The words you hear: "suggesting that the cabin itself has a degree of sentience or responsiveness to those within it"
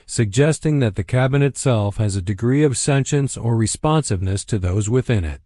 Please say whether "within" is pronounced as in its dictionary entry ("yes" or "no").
yes